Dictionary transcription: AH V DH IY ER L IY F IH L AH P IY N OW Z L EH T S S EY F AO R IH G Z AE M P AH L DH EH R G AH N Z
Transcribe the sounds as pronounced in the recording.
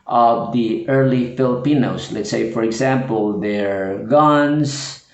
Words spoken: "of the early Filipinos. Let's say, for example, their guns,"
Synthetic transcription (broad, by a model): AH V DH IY ER L IY F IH L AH P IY N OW S L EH T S S EY F AO R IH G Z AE M P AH L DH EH R G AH N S